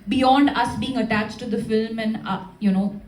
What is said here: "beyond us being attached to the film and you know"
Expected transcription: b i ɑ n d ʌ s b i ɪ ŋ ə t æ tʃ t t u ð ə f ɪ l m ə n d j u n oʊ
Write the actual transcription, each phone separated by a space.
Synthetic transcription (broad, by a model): b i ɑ n d ʌ s b i ɪ ŋ ə t æ tʃ t t u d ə f ɪ l m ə n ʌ j u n oʊ